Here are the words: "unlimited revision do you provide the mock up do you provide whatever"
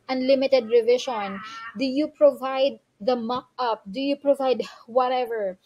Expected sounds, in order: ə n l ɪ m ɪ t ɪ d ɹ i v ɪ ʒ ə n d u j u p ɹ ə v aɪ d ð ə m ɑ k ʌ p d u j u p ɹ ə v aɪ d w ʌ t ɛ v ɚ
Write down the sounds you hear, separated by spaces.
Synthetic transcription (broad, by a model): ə n l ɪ m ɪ t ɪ d ɹ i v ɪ ʃ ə n d u j u p ɹ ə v aɪ d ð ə m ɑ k ʌ p d u j u p ɹ ə v aɪ d w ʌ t ɛ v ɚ